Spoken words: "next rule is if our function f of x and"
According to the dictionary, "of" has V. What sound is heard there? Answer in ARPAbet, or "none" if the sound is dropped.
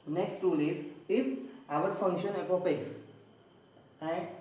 P